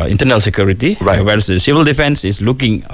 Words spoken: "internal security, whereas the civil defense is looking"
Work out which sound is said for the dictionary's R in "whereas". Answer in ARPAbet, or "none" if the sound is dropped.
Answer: W